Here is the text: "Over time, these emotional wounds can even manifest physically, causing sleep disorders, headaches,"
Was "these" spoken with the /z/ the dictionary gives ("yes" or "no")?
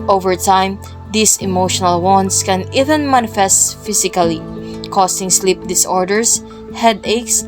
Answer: no